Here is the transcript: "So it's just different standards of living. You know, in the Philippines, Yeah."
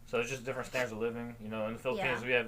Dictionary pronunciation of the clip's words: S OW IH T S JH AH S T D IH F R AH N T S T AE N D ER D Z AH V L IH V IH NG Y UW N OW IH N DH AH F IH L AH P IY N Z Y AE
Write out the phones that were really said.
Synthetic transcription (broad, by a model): S OW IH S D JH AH S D IH F R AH N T S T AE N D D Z AH V L IH V IH NG Y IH N OW IH N DH AH F IH L AH P IY N Z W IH